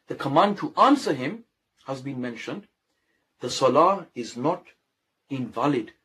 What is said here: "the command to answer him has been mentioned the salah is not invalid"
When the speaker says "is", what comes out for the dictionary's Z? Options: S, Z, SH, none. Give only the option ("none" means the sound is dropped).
Z